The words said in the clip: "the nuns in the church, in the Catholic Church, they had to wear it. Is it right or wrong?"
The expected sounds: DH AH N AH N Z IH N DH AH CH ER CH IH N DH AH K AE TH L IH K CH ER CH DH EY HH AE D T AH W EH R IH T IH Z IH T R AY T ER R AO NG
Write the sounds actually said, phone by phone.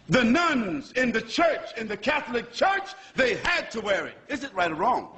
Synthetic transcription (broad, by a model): DH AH N AH N Z IH N DH AH CH ER CH IH N DH AH K AE TH L IH K CH ER CH DH EY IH D T AH W EH R IH T IH Z IH T R AY T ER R AO NG